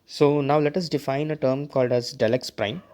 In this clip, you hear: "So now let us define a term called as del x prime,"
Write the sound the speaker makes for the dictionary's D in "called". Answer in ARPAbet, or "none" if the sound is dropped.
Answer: D